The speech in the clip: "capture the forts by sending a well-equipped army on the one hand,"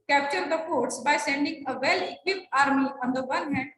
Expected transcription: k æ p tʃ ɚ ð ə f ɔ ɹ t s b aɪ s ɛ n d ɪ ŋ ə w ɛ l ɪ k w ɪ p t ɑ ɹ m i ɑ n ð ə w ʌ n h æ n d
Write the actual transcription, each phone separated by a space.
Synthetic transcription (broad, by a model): k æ p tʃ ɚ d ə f ɔ ɹ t s b aɪ s ɛ n d ɪ ŋ ə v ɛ l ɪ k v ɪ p ɑ ɹ m i ɑ n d ə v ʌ n h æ n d